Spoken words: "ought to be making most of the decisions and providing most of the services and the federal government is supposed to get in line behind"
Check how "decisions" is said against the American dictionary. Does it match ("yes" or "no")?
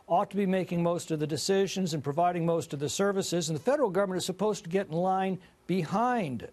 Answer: yes